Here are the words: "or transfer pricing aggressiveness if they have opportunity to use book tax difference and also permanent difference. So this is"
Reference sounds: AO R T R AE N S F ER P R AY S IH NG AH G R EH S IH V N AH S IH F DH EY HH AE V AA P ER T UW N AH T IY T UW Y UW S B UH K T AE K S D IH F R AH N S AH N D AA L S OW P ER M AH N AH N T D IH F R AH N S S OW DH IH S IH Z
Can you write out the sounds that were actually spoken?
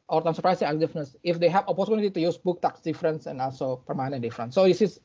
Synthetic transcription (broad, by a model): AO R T AE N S ER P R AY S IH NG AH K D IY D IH N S IH F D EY HH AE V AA P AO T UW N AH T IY T UW Y UW S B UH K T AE K S D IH F R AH N S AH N AA L S OW P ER M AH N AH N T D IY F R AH N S S OW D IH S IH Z